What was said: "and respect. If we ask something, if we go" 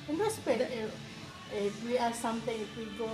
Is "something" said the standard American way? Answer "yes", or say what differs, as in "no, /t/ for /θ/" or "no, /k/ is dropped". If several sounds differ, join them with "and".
no, /t/ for /θ/